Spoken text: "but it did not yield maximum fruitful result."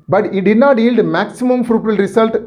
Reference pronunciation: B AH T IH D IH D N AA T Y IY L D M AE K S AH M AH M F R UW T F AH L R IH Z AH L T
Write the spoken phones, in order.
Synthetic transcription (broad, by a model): B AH T IH D IH D N AA T Y IY L D M AE K S AH M AH M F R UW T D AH L R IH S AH L T